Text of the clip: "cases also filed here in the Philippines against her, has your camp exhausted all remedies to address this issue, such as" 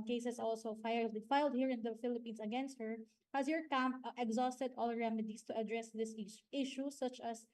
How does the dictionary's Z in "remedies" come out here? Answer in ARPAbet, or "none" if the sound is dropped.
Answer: S